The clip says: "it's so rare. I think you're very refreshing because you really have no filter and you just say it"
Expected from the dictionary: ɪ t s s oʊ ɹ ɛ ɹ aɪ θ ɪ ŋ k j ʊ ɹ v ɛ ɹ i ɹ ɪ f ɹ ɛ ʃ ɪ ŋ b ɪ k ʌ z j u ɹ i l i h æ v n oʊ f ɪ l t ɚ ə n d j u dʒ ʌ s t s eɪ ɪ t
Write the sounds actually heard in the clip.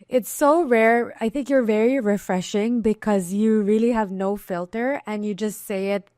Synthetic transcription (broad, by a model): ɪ t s s oʊ ɹ ɛ ɹ aɪ θ ɪ ŋ k j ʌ ɹ v ɛ ɹ i ɹ ɪ f ɹ ɛ ʃ ɪ ŋ b ɪ k ʌ z j u ɹ i l i h æ v n oʊ f ɪ l t ɚ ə n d j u dʒ ʌ s t s eɪ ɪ t